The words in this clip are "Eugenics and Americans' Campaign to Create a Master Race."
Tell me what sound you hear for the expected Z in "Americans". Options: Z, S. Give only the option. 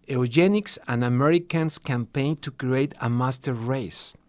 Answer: S